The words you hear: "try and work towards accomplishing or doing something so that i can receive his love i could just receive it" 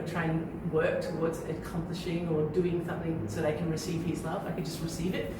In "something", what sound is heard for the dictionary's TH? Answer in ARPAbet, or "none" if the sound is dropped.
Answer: TH